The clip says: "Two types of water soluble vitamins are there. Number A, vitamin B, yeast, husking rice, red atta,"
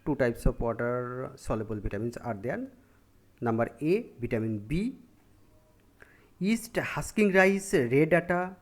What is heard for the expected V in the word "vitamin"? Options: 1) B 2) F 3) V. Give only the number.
1